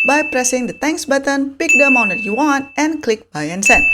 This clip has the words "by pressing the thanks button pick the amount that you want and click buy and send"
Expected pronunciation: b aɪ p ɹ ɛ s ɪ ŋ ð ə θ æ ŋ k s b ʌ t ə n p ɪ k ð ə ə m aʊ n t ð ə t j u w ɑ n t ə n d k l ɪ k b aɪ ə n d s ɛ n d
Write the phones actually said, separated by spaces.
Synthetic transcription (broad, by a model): b aɪ p ɹ ɛ s ɪ ŋ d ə t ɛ ŋ k s b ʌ t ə n p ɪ k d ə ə m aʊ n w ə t j u w ɑ n t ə n k l ɪ k b aɪ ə n s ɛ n